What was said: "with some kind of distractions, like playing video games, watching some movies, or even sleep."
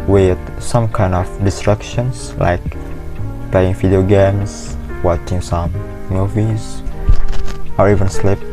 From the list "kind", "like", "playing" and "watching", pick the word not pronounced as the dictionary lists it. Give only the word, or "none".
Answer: none